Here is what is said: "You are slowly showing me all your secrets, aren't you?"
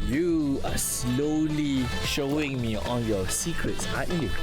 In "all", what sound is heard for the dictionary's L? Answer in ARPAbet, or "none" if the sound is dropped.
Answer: N